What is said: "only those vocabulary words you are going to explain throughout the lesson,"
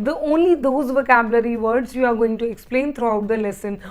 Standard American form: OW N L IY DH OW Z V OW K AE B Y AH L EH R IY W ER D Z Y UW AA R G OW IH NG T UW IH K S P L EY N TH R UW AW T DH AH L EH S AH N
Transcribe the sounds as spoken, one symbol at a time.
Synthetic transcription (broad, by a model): OW N L IY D OW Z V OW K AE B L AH R IY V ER D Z Y UW AA R G OW IH NG T UW IH K S P L EY N T R UW AW T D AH L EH S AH N